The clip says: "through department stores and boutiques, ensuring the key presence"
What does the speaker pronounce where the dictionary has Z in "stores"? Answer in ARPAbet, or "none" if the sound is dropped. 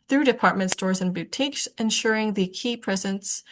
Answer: Z